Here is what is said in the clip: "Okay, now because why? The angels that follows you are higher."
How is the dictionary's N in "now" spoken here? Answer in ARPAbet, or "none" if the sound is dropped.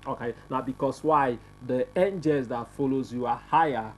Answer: N